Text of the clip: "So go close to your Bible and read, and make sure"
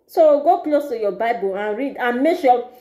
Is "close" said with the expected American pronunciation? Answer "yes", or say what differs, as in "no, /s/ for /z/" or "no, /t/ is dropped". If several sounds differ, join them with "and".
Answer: yes